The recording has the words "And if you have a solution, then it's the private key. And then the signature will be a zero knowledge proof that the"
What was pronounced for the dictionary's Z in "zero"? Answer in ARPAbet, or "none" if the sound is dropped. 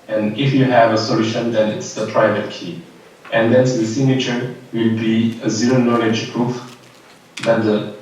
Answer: Z